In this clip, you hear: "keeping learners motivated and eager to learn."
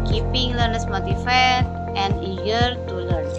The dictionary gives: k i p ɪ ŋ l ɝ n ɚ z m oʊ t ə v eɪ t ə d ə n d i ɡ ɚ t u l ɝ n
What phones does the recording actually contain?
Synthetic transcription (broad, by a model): k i p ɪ ŋ l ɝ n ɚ s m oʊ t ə f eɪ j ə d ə n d i ɡ ɚ t u l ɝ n